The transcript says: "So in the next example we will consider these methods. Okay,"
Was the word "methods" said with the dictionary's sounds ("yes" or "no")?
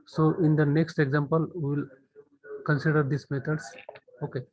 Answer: no